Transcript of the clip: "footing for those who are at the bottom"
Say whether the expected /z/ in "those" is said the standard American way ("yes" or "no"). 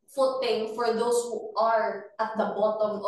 no